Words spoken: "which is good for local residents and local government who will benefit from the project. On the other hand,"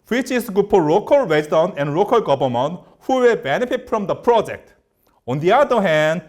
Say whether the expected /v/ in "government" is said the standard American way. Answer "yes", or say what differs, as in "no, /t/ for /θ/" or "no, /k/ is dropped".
no, /b/ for /v/